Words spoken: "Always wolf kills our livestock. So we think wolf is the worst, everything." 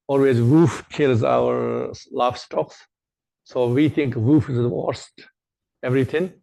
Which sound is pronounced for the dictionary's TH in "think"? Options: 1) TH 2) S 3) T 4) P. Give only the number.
3